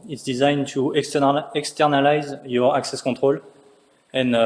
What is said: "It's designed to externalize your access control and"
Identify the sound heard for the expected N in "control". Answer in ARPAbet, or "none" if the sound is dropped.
none